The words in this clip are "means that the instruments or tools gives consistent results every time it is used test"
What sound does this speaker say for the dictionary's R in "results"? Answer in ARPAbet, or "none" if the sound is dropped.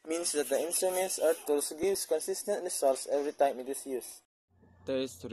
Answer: L